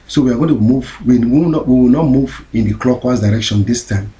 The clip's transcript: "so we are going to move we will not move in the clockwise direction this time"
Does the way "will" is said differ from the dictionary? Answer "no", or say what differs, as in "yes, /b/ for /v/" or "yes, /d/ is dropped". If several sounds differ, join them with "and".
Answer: yes, /w/ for /l/